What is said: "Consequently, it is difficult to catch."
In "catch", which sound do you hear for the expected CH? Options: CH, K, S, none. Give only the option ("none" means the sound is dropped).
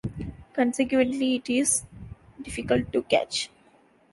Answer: CH